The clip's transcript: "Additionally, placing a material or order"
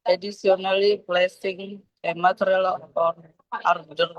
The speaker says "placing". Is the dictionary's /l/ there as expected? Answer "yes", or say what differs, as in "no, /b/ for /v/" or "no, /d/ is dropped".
yes